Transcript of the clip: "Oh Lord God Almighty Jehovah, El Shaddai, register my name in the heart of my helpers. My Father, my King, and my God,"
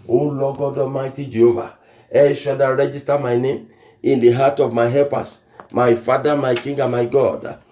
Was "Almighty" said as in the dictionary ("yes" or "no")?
no